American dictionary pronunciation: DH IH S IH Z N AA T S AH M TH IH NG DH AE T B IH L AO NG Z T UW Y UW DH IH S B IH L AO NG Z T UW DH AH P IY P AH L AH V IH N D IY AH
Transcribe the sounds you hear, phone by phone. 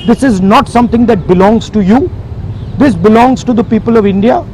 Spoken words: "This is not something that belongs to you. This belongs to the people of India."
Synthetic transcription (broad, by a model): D IH S IH Z N AA T S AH M T IH NG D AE T B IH L AO NG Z T UW Y UW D IH S B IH L AO NG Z T UW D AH P IY P AH L AH V IH N D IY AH